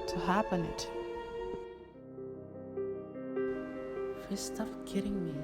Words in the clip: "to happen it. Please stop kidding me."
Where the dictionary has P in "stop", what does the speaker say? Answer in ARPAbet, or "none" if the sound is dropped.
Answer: F